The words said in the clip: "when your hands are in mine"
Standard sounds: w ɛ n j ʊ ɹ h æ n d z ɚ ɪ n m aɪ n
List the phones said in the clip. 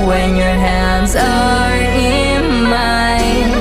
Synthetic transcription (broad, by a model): w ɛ n j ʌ ɹ h æ n d z ɚ ɪ n m aɪ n